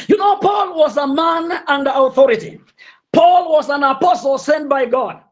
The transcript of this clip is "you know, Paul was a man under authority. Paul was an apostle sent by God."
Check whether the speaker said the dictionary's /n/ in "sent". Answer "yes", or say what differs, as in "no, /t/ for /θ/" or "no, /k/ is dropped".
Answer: yes